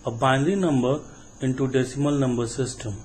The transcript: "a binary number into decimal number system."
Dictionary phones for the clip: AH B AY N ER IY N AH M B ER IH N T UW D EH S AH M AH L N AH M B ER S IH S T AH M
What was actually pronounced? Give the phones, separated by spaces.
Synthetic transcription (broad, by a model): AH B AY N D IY N AH M B ER IH N T UW D EH S AH M AH L N AH M B ER S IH S T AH M